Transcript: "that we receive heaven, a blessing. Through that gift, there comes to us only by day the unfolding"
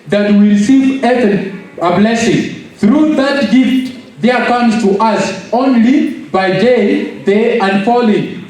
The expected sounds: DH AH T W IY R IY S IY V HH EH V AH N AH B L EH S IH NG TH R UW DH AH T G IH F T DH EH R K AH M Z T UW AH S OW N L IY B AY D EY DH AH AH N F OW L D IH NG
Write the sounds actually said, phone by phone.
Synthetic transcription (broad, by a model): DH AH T W IY R IY S IY V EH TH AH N AH B L EH S IH NG TH R UW DH AH T G IH F T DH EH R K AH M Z T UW AH S OW N L IY B AY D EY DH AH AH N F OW L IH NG